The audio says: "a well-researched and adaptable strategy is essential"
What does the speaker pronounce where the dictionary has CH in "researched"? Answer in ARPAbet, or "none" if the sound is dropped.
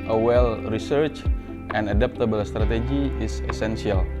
CH